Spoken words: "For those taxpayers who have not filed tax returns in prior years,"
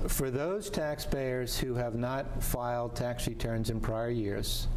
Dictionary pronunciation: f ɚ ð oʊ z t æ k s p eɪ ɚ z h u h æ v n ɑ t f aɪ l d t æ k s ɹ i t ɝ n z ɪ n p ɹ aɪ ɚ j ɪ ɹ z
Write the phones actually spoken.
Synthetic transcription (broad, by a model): f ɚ ð oʊ z t æ k s p eɪ ɚ z h u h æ v n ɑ t f aɪ l d t æ k s ɹ i t ɝ n z ɪ n p ɹ aɪ ɚ j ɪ ɹ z